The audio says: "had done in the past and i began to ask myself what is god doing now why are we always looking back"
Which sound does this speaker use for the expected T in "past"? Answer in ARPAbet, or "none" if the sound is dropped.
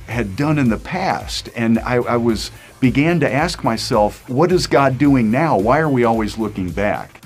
T